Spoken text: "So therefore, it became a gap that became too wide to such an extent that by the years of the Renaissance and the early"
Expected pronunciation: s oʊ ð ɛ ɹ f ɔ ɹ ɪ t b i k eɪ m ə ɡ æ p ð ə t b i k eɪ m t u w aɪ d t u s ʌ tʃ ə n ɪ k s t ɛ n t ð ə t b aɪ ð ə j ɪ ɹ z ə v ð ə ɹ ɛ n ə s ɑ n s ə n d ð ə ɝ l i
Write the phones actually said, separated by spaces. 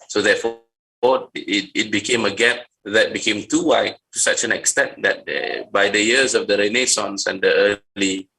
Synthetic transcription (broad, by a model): s oʊ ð ɛ f ɔ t ɪ t b i k eɪ m ə ɡ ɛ p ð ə t b i k eɪ m t u w aɪ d t u s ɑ tʃ ə n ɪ k s t ɛ n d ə t b aɪ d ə j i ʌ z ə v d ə ɹ ɛ n ə s ɑ n s ə n d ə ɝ l i